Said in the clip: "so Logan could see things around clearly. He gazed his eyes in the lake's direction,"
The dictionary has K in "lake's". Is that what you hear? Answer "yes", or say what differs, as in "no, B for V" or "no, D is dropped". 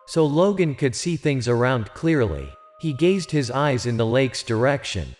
yes